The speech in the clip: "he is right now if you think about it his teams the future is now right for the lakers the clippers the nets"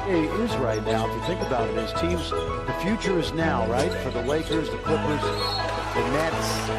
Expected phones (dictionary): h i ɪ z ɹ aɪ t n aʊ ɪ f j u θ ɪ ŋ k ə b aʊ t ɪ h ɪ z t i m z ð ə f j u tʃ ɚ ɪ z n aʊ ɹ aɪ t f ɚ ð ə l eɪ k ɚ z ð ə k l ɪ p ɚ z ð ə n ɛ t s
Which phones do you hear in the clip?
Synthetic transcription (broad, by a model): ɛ ɪ z ɹ aɪ t n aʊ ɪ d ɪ θ ɪ ŋ k ə b aʊ t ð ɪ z t i m z ð ə f j u tʃ ɚ ɪ z n aʊ ɹ aɪ t f ɚ ð ə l eɪ k ɚ z ð ə k l ɪ p ɚ z ð ə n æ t